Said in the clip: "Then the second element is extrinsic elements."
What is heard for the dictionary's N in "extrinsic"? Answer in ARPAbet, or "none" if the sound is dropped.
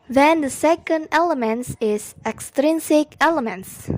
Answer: N